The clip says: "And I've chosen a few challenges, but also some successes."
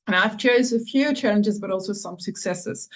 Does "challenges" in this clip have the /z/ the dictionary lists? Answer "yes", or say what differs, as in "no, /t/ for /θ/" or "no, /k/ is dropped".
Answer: yes